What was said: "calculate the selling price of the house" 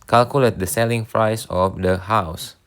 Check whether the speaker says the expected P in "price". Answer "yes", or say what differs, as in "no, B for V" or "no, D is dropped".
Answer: no, F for P